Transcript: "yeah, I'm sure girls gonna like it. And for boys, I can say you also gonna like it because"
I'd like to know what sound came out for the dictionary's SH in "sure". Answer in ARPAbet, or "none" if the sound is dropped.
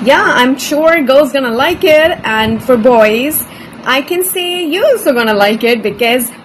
SH